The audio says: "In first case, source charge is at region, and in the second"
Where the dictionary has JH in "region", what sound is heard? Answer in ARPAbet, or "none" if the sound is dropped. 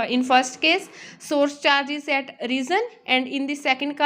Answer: Z